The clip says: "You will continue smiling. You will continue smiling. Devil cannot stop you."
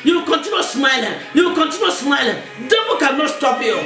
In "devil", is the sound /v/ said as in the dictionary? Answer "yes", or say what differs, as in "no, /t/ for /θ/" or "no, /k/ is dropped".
no, /b/ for /v/